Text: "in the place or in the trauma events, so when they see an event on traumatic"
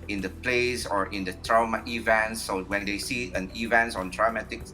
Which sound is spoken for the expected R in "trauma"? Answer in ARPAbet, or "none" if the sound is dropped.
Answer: R